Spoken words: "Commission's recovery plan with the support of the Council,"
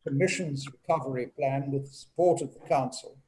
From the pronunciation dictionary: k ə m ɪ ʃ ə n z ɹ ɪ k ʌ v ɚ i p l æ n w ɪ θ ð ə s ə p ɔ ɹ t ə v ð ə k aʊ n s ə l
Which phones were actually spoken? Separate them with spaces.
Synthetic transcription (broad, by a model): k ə m ɪ ʃ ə n z ɹ ɪ k ʌ v ɚ i p l æ n w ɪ ð ə s ə p ɔ ɹ t ə v ð ə k aʊ n s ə l